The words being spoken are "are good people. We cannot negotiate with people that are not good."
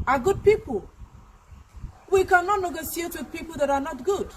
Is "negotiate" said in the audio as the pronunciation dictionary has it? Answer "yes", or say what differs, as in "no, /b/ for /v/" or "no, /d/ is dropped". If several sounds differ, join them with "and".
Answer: no, /s/ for /ʃ/